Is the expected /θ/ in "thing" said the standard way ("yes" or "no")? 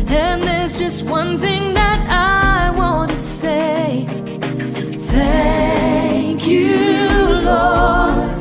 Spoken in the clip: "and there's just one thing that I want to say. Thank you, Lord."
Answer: yes